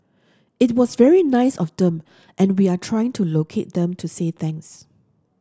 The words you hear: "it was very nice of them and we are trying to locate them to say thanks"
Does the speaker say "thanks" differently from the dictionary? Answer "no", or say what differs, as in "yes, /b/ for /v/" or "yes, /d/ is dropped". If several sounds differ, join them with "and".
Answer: yes, /k/ is dropped